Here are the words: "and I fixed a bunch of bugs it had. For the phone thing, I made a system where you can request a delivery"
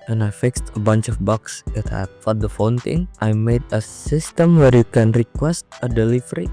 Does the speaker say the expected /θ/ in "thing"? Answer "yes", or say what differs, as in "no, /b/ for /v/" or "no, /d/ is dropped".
no, /t/ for /θ/